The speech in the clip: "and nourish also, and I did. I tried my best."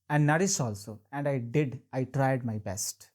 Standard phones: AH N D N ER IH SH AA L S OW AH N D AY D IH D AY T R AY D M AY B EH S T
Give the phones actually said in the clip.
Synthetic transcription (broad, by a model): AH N D N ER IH S AA L S OW AH N D AY D IH D AY T R AY D M AY B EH S T